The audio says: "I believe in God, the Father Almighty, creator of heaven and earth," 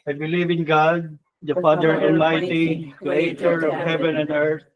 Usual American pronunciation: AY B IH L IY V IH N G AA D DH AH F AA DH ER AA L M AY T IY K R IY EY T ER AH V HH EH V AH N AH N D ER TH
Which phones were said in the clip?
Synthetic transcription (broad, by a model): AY B IH L IY V IH N G AA D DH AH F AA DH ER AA N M AY T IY K R IY EY T ER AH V HH EH V AH N AH N D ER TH